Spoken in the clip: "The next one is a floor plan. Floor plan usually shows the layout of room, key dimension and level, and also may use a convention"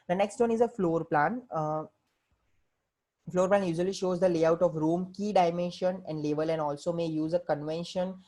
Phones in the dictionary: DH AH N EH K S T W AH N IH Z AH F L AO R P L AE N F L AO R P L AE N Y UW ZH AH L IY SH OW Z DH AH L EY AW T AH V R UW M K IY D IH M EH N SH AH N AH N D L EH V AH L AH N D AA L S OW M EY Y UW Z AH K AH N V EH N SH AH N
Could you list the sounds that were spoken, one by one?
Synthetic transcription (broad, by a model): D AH N EH K S T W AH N IH Z AH F L AO R P L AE N F L AO R P L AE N Y UW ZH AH L IY SH OW Z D AH L EY AW T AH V R UW M K IY D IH M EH N SH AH N AH N D L EH V AH L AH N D AA L S OW M EY Y UW Z AH K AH N V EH N SH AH N